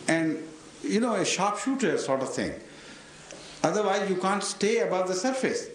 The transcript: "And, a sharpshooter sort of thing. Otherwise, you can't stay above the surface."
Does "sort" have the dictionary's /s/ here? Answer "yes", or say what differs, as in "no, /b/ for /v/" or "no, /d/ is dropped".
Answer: yes